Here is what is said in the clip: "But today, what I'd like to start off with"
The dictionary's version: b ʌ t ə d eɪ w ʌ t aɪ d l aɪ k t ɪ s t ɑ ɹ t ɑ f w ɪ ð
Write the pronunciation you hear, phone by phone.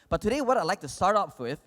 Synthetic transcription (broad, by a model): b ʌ t ə d eɪ w ʌ t aɪ l aɪ k t ɪ s t ɑ ɹ t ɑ p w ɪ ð